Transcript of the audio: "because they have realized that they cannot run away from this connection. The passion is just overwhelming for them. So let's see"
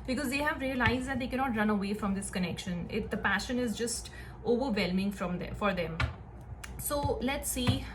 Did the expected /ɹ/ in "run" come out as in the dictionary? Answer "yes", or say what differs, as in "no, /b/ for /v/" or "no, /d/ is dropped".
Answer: yes